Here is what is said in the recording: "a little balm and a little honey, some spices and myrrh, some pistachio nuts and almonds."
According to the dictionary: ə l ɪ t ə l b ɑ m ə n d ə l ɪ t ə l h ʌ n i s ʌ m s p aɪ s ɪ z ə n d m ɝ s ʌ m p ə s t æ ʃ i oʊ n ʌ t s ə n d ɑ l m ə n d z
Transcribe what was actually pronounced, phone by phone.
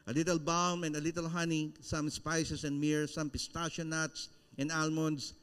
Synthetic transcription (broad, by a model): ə l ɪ t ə l b ɑ m ə n d ə l ɪ t ə l h ʌ n i s ʌ m s p aɪ s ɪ s ə n d m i s ʌ m p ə s t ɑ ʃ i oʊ n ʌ t s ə n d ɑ l m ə n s